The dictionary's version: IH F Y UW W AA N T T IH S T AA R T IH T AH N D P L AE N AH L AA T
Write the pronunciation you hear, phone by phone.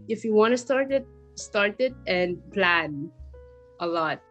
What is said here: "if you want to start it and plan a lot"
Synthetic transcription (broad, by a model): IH F Y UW W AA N T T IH S T AA R T IH T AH N P L AE N AH L AA T